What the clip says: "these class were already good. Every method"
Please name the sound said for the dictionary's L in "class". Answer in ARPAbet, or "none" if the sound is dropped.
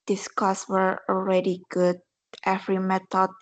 none